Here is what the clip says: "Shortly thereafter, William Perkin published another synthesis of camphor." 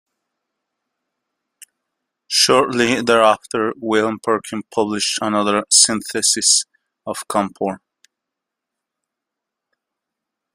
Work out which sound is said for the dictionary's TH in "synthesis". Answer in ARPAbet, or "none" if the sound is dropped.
TH